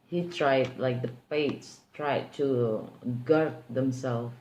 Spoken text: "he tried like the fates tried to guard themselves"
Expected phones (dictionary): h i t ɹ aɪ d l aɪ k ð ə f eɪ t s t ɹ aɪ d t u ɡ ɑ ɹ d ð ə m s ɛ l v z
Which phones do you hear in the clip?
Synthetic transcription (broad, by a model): h i t ɹ aɪ d l aɪ k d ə p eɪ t s t ɹ aɪ d t u ɡ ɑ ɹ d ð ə m s ɛ l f